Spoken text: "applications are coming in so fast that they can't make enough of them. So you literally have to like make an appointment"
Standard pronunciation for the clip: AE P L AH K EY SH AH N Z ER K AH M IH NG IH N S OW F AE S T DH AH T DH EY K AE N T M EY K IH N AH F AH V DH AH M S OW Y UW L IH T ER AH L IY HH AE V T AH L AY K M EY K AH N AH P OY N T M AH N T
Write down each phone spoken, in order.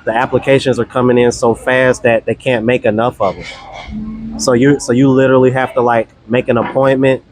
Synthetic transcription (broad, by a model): AE P L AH K EY SH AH N Z ER K AH M IH NG IH N S OW F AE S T DH AH T DH EY K AE N M EY K IH N AH F AH V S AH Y S OW Y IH L IH T ER L IY HH AE F T AH L AY K M EY K AH N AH P OY N M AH N T